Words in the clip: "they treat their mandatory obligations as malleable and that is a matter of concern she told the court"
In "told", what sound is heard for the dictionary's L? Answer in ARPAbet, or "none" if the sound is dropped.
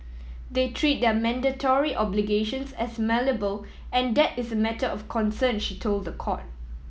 L